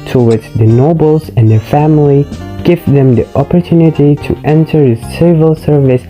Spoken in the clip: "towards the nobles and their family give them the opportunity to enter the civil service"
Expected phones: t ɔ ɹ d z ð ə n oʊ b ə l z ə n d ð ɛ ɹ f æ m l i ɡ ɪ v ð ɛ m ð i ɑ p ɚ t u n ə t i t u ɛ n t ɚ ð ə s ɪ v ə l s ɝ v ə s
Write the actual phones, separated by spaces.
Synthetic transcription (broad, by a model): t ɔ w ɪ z ð ə n oʊ b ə l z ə n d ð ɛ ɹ f æ m l i ɡ ɪ v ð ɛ m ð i ɑ p ɚ t u n ə t i t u ɛ n t ɚ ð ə s ɪ v ə l s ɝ v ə s